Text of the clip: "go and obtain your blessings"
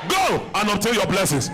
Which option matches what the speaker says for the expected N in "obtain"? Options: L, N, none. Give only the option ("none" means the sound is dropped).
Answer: L